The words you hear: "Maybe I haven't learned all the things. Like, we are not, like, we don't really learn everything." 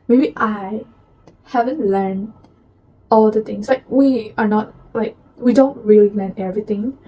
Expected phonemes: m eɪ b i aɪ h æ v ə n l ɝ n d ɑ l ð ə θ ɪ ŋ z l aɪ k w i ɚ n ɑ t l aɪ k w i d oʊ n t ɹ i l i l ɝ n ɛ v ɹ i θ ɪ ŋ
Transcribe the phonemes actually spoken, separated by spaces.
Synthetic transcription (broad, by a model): m eɪ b i aɪ h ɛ v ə n l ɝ n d ɑ l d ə t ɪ ŋ s l aɪ k w i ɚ n ɑ t l aɪ k w i d oʊ n t ɹ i l i l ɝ n ɛ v ɹ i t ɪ ŋ